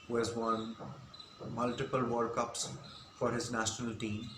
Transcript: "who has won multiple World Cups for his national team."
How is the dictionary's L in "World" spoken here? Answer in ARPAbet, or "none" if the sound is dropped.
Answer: none